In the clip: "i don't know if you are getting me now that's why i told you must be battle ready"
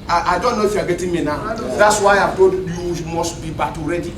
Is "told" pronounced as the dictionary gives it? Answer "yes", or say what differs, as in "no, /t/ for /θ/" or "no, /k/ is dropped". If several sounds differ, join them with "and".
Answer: no, /l/ is dropped